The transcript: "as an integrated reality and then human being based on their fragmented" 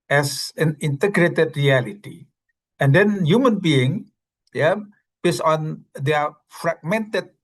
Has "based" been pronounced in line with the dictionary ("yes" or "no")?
no